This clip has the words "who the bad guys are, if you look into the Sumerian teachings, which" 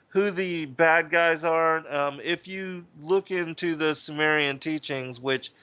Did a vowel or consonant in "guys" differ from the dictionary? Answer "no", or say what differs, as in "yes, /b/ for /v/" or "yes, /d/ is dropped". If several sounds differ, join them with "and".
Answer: no